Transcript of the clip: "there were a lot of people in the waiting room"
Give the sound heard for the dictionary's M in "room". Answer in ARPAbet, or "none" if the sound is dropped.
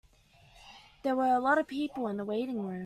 none